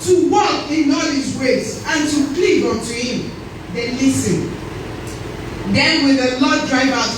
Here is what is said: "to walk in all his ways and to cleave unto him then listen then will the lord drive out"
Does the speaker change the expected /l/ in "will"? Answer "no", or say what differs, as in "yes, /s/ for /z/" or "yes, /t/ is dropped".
yes, /n/ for /l/